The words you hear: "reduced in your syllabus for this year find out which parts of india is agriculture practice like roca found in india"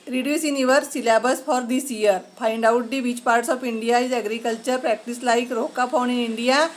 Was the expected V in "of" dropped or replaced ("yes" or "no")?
yes